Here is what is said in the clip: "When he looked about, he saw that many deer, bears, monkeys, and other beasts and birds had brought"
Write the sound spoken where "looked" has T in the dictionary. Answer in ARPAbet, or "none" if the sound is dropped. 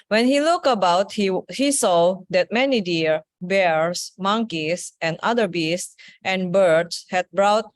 none